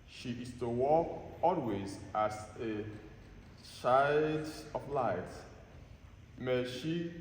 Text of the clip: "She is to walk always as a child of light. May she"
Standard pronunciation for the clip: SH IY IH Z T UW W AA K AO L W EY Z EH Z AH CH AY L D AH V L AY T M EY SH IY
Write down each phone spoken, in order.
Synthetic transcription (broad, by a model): SH IY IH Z T UW W AA K AO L W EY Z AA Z AH SH AY D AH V L AY T M EY SH IY